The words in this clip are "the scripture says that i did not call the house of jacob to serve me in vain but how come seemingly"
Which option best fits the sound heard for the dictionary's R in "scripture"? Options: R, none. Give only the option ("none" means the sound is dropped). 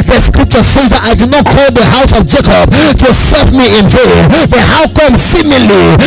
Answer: R